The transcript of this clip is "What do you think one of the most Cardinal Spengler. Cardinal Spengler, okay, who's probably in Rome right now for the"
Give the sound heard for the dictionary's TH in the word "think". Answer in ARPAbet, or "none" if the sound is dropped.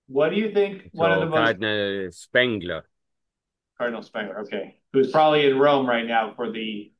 TH